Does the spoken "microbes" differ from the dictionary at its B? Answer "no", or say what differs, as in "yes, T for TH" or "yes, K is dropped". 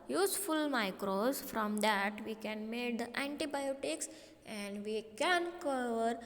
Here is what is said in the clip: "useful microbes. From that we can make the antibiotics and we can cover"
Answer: yes, B is dropped